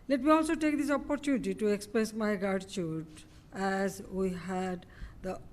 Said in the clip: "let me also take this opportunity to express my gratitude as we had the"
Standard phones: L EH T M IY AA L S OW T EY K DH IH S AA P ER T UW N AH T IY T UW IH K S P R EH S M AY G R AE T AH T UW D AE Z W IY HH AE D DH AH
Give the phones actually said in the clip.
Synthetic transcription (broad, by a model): L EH T M IY AA L S OW T EY K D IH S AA P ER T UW N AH T IY T UW IH K S P R EH S M AY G AA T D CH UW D AE Z W IY HH AE D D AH